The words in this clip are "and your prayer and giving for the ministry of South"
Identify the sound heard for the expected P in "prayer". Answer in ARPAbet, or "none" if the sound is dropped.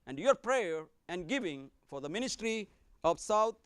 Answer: P